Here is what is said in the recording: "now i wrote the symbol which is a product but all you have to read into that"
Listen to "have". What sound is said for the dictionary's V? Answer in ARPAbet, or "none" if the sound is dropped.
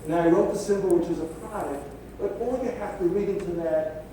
F